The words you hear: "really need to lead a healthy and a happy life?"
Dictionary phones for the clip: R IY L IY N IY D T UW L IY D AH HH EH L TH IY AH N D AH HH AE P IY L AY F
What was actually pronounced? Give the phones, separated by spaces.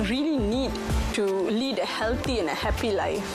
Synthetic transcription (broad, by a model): R IY L IY N IY D T UW L IY D AH HH EH L T IY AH N AH HH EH P IY L AY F